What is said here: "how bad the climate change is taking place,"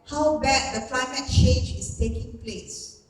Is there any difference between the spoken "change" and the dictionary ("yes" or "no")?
yes